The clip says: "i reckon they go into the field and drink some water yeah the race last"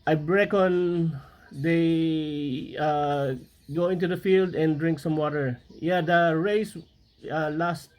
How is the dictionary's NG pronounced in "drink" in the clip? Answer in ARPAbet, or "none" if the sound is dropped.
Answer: NG